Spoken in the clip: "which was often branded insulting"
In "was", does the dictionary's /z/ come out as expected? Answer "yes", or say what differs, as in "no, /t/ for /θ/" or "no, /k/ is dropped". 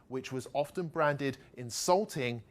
yes